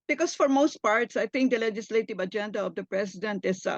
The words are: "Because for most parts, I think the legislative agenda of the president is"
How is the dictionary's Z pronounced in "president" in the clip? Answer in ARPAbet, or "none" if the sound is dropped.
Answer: S